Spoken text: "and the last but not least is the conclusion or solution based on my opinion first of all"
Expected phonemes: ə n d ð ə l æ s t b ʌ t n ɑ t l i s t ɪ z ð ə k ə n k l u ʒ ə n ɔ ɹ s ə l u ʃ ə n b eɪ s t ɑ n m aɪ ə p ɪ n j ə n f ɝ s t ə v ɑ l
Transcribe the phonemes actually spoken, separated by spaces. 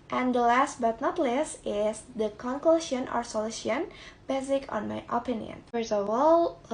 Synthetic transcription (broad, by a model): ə n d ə l æ s t b ʌ t n ɑ t l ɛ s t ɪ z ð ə k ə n k l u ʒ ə n ɔ ɹ s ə l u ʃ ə n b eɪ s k ɑ n m aɪ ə p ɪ n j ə n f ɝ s ə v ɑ l